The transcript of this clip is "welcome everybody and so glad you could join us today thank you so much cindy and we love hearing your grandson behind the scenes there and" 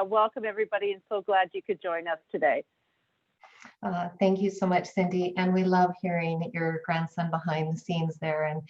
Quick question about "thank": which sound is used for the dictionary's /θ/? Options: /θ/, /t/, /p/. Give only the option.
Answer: /θ/